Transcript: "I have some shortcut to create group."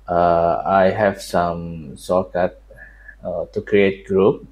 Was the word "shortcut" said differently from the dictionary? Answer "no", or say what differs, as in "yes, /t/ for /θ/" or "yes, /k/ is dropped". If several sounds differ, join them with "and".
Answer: yes, /s/ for /ʃ/